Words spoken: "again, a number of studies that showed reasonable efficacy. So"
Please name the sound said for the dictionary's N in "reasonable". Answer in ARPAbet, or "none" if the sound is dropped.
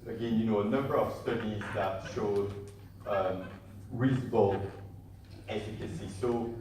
none